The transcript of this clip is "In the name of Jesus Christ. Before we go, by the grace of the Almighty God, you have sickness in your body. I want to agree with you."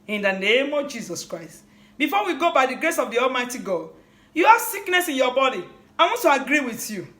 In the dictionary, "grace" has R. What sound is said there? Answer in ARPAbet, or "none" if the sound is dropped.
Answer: R